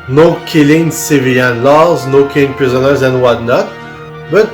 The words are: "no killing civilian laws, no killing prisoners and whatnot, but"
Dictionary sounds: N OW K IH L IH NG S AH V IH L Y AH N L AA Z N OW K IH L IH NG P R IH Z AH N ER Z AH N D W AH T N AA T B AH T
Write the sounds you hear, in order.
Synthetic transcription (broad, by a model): N OW K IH L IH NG S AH V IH Y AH N L AA Z N OW K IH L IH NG P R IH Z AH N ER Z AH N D W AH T N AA T B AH T